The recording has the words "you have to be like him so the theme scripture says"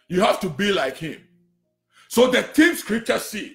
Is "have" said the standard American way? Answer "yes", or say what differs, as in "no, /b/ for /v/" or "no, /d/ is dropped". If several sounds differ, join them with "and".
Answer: no, /f/ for /v/